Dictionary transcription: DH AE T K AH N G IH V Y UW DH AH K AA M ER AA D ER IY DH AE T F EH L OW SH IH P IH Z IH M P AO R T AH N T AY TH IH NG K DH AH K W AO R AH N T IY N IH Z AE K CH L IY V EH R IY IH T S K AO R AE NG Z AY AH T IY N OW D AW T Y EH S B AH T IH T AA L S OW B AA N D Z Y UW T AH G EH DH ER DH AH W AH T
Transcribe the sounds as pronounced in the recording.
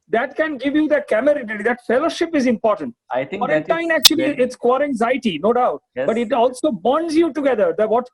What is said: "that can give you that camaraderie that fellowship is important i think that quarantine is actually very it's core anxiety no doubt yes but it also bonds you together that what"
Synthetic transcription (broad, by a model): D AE T K AH N G IH V Y UW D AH K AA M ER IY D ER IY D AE T F EH L OW SH IH P IH Z IH M P AO R T AH N T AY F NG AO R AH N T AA IH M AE K CH IY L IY IH T S K AO R AE NG Z AY AH T IY N OW D AW T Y B AH T IH T AA L S OW B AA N D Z Y UW T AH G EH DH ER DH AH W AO T